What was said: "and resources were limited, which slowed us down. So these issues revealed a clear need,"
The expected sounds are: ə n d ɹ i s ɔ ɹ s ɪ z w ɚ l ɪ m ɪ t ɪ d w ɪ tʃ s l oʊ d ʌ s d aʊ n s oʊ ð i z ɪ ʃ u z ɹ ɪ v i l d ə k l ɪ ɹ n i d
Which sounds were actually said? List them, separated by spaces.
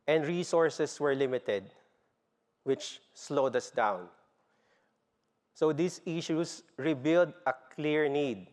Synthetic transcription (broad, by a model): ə n d ɹ i s ɔ ɹ s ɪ s w ɚ l ɪ m ɪ t ɪ d w ɪ tʃ s l oʊ d ʌ s d aʊ n s oʊ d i s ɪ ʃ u s ɹ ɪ b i l d ə k l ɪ ɹ n i d